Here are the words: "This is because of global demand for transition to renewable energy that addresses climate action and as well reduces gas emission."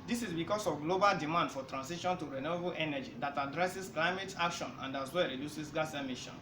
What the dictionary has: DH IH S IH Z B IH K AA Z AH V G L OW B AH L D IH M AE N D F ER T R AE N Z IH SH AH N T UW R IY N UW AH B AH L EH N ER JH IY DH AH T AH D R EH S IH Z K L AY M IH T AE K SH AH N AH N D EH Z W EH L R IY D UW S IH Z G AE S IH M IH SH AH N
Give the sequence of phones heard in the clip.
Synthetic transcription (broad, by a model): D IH S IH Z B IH K AA S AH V G L OW B AH L D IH M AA N D F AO T R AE N S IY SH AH N T UW R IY N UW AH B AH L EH N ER JH IY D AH T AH D R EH S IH S K L AY M IH T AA K SH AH N AH N D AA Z W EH R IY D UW S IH S G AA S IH M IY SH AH N